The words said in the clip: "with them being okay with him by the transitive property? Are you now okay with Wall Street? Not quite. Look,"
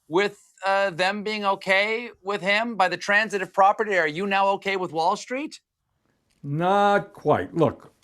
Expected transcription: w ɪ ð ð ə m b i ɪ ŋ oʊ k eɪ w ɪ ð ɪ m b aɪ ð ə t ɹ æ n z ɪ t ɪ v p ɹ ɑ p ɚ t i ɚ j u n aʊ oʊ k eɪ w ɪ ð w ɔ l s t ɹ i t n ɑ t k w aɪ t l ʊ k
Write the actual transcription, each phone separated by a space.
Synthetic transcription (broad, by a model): w ɪ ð ð ə m b i ɪ ŋ oʊ k eɪ w ɪ ð ɪ m b aɪ ð ə t ɹ æ n z ɪ t ɪ v p ɹ ɑ p ɚ t i ɚ j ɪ n aʊ oʊ k eɪ w ɪ ð w ɔ l s t ɹ i t n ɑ t k w aɪ t l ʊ k